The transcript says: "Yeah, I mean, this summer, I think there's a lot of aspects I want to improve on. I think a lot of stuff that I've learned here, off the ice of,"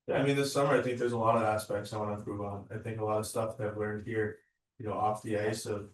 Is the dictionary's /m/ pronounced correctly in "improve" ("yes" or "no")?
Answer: no